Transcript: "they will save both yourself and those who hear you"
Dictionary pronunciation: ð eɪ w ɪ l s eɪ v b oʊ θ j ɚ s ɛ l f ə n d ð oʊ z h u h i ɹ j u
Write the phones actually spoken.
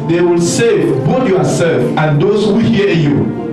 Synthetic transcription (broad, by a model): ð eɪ w ɪ l s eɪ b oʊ t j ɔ s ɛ l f ə n d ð oʊ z h u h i j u